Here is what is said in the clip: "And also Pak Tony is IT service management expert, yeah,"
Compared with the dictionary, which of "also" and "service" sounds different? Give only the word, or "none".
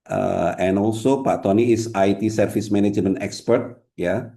service